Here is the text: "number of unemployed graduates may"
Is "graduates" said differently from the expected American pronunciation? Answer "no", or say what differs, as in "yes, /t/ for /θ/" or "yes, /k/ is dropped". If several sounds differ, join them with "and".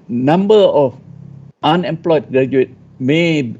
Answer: yes, /s/ is dropped